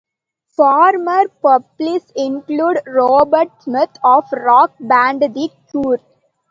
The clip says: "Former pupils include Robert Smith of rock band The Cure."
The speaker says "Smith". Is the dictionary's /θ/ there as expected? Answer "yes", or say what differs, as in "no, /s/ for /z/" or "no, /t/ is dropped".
no, /t/ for /θ/